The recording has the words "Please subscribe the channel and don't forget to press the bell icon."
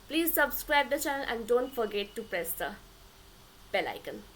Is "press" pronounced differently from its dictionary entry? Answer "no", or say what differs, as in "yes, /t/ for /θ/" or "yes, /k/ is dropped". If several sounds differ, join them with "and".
no